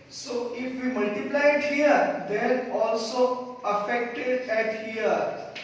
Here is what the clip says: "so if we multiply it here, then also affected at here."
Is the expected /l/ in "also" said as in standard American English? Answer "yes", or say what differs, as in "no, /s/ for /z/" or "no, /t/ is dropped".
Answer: yes